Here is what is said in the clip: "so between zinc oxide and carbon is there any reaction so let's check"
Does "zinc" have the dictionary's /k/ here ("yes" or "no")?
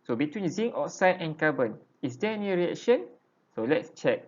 no